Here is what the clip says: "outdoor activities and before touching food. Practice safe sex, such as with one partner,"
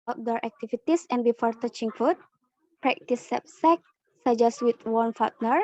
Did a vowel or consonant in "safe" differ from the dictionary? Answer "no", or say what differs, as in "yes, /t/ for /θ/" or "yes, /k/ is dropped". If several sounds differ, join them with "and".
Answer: yes, /p/ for /f/